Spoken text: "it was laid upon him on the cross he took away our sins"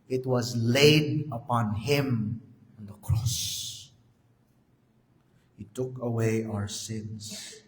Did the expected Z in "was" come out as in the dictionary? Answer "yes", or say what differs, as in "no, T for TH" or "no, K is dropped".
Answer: yes